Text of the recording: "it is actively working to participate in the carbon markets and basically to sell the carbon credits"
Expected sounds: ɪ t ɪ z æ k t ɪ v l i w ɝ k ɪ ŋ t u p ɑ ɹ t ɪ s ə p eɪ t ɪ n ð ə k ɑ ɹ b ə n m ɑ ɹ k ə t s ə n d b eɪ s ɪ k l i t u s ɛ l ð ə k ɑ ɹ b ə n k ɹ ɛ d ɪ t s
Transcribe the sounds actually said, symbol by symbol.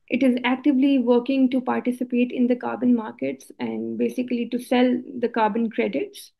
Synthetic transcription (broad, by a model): ɪ t ɪ z æ k t ɪ v l i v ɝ k ɪ ŋ t u p ɑ ɹ t ɪ s ə p eɪ t ɪ n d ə k ɑ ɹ b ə n m ɑ ɹ k ə t s ə n d b eɪ s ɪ k l i t u s ɛ l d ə k ɑ ɹ b ə n k ɹ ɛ d ɪ t s